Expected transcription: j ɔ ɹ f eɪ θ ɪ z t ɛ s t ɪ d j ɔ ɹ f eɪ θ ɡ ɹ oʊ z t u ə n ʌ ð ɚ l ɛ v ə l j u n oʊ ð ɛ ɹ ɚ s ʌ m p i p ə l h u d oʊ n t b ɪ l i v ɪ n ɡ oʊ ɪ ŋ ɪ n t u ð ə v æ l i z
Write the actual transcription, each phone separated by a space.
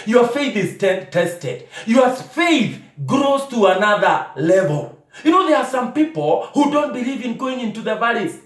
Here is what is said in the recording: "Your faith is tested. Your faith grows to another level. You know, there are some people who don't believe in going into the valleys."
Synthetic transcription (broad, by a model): j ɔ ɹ f eɪ θ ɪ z t ɛ s t ɪ d j ɔ ɹ f eɪ θ ɡ ɹ oʊ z t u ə n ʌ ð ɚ l ɛ v ə l j u n oʊ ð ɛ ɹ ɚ s ʌ m p i p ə l h u d oʊ n t b ɪ l i v ɪ n ɡ oʊ ɪ ŋ ɪ n t u ð ə v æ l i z